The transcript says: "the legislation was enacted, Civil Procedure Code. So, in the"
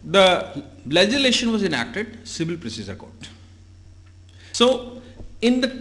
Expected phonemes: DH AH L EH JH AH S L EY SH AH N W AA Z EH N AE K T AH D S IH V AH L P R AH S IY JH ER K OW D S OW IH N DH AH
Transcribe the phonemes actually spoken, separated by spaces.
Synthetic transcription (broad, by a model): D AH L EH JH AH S L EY SH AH N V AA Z EH N AE K T AH D S IH V AH L P R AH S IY Z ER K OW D S OW IH N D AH